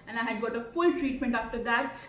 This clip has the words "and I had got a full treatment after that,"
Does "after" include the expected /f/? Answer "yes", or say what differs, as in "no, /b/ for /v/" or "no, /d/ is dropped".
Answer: yes